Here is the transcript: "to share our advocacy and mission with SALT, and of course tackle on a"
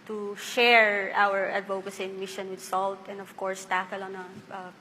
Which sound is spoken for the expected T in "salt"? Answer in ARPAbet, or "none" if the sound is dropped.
T